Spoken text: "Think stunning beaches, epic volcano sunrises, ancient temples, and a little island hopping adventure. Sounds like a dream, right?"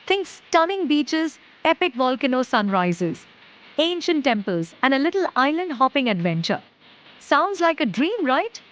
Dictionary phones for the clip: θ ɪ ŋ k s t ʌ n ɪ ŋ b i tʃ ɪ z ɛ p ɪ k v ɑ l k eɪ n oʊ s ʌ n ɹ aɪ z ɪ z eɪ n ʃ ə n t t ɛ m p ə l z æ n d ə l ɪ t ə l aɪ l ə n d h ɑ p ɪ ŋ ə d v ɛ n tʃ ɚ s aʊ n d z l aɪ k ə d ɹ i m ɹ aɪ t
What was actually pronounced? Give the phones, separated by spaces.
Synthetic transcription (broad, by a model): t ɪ ŋ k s t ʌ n ɪ ŋ b i tʃ ɪ z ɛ p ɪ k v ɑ l k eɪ n oʊ s ʌ n ɹ aɪ z ɪ z eɪ n ʃ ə n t t ɛ m p ə l z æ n d ə l ɪ t ə l aɪ l ə n d h ɑ p ɪ ŋ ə d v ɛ n tʃ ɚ s aʊ n d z l aɪ k ə d ɹ i m ɹ aɪ t